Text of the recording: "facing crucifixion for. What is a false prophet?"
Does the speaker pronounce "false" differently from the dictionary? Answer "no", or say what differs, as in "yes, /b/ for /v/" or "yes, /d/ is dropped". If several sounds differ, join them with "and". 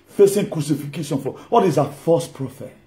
yes, /l/ is dropped